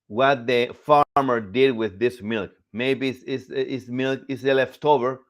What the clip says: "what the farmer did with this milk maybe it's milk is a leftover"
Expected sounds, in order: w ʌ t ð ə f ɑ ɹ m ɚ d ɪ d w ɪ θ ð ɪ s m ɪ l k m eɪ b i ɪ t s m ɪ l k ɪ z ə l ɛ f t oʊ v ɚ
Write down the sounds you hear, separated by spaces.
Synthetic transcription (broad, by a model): w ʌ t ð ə f ɑ ɹ m ɚ d ɪ d w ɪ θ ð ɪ s m ɪ l k m eɪ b i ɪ s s m ɪ l k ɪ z ə l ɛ f t oʊ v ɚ